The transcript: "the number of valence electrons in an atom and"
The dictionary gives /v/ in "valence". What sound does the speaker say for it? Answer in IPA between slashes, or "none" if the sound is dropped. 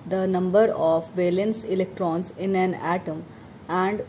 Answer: /v/